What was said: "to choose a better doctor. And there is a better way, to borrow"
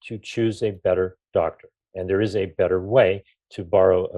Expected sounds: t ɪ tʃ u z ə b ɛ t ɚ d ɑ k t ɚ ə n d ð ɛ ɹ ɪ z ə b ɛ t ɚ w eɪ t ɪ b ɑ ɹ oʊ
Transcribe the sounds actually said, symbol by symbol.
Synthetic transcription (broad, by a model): t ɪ tʃ u z ə b ɛ t ɚ d ɑ k t ɚ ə n ð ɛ ɹ ɪ z ə b ɛ t ɚ w eɪ t ɪ b ɑ ɹ oʊ